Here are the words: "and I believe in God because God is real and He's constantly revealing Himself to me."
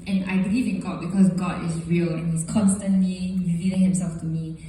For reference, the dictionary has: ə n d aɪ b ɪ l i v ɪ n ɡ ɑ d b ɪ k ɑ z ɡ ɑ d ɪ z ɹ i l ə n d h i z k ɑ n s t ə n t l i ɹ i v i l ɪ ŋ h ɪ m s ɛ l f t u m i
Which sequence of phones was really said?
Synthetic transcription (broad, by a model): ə n aɪ b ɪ l i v ɪ n ɡ ɑ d b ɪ k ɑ s ɡ ɑ d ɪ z ɹ i l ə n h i s k ɑ n s t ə n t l i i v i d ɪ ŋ h ɪ m s ɛ l f t u m i